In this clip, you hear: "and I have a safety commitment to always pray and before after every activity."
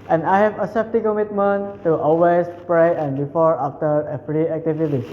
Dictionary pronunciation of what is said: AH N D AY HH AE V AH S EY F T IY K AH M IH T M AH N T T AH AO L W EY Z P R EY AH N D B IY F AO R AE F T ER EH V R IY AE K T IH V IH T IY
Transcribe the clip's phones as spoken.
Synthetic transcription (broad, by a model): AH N D AY HH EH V AH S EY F T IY K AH M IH T M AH N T T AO L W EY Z P R EY AH N D B IY F AO R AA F T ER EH P R IY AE K T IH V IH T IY